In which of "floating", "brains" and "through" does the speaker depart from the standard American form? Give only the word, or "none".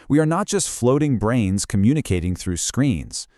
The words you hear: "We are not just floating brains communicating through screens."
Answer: none